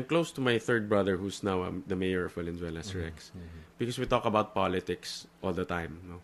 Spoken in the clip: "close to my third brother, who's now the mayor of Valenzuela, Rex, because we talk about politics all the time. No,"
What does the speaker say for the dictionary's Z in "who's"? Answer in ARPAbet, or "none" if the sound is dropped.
S